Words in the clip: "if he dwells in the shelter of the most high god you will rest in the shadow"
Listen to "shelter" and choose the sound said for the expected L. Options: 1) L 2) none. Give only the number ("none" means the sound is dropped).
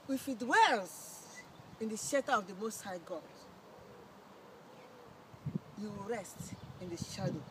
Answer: 2